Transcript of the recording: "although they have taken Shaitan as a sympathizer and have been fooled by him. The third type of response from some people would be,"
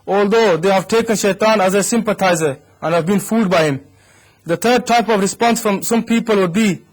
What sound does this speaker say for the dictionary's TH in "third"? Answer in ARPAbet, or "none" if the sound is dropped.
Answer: T